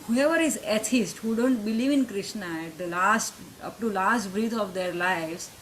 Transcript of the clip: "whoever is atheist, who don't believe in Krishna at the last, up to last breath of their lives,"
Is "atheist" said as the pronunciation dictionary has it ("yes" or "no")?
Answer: no